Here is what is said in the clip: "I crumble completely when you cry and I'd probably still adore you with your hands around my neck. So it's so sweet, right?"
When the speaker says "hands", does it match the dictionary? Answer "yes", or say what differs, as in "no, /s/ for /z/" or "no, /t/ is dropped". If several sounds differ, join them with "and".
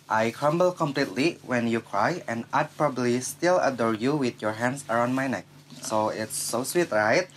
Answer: no, /s/ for /z/